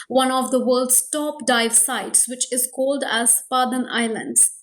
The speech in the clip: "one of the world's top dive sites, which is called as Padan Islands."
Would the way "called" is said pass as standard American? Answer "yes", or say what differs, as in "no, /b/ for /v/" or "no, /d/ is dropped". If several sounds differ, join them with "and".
yes